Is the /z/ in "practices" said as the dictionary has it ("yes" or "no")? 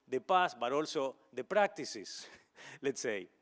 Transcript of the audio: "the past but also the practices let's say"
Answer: no